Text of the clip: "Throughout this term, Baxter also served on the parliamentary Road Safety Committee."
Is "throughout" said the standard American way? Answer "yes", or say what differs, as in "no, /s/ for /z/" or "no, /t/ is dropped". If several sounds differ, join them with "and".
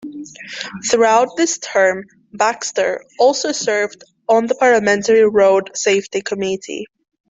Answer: yes